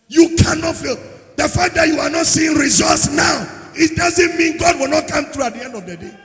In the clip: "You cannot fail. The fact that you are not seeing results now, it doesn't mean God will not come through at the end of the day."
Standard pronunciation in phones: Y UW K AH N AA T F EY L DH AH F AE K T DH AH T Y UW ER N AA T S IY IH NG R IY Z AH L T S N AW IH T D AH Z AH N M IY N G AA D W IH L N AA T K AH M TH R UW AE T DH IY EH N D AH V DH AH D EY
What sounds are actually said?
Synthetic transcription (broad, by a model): Y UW K AH N AA T F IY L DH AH F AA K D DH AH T Y UW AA N AA T S IY IH NG R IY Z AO T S N AW IH T D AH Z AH N M IY N G AA D W IH L N AA T K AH M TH R UW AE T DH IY EH N D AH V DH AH D EY